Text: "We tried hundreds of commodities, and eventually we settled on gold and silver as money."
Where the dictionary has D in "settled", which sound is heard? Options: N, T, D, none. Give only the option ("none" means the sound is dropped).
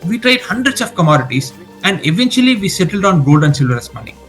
D